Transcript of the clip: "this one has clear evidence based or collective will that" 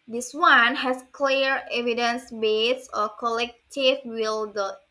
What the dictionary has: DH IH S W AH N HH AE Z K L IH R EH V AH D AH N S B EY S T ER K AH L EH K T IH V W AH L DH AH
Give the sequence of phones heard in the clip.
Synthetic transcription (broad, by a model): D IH S W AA N HH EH S K L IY R EH V AH D AH N S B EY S ER K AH L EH K T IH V W AH L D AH